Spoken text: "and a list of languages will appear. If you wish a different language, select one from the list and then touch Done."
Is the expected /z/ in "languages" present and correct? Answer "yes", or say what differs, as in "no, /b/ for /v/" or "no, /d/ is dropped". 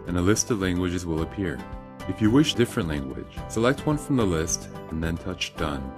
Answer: yes